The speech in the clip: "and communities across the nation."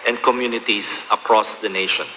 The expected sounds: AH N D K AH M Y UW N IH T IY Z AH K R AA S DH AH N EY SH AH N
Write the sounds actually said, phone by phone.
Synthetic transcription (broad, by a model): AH N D K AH M Y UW N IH T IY S AH K R AA S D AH N EY SH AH N